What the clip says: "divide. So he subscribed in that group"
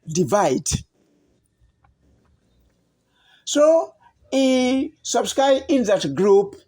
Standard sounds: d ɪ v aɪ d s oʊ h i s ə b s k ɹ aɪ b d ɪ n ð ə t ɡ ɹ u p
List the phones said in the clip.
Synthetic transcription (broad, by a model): d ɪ v aɪ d s oʊ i s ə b s k ɹ aɪ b ɪ n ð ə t ɡ ɹ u p